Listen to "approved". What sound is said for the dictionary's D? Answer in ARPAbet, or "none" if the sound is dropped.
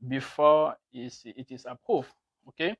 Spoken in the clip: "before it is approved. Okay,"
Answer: none